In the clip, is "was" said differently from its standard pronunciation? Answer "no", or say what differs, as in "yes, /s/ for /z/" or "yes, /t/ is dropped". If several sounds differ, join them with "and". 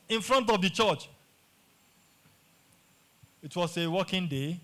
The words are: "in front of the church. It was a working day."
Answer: yes, /s/ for /z/